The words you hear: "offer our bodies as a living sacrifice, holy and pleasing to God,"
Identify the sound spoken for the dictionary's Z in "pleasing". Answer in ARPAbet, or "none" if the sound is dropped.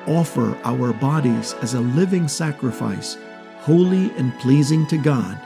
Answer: Z